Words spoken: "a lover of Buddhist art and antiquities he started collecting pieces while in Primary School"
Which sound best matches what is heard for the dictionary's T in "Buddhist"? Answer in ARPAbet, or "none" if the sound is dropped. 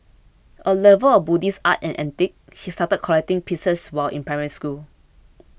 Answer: none